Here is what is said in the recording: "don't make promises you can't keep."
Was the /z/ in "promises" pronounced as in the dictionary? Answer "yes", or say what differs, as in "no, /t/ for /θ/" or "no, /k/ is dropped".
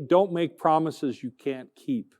yes